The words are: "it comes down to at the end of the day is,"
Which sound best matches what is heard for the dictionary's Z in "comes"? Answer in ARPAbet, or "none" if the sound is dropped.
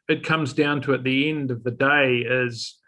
Z